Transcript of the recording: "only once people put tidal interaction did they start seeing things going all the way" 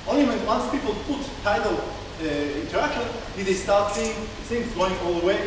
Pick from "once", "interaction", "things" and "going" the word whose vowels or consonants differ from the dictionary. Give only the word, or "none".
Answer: things